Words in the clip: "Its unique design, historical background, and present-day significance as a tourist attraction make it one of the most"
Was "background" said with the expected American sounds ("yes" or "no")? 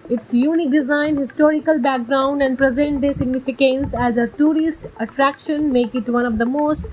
yes